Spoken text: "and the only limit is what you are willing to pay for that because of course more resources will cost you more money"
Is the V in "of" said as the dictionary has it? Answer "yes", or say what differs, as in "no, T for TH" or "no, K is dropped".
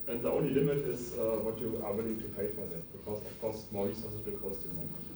no, F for V